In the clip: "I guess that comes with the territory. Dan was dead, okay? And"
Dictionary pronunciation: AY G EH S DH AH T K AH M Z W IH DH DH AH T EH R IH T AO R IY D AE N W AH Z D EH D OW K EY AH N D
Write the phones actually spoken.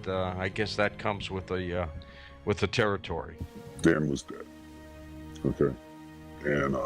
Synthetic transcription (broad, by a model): AY G EH S DH AH T K AH M Z W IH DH DH AH T EH R IH T AO R IY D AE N W AH Z D EH D OW K EY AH N